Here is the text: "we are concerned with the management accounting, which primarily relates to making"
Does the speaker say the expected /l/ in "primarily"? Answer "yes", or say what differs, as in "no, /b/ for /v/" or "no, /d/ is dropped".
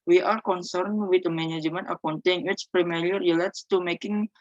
no, /l/ is dropped